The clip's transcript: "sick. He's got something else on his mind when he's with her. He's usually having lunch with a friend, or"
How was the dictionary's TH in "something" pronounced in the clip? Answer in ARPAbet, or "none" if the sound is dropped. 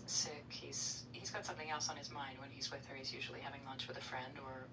TH